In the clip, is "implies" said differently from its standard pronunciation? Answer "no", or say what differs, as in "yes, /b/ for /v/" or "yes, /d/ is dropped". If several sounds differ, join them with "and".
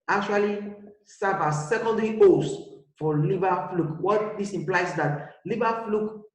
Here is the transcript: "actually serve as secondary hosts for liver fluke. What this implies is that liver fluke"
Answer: yes, /z/ is dropped